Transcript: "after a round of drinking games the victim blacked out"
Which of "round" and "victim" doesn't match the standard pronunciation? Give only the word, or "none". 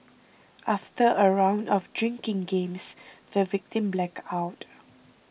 none